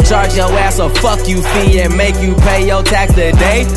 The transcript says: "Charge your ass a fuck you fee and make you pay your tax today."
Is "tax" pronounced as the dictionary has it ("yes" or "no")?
no